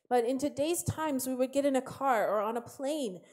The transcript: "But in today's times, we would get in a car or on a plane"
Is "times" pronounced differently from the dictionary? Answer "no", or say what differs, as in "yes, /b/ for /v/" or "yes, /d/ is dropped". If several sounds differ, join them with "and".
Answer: no